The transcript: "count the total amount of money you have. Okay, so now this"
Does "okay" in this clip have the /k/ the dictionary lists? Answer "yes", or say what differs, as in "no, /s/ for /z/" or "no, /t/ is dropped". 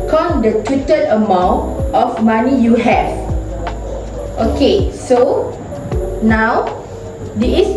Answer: yes